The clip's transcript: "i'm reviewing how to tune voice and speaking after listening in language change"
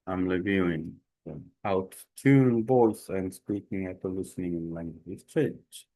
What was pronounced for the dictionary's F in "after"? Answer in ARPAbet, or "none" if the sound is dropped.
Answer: none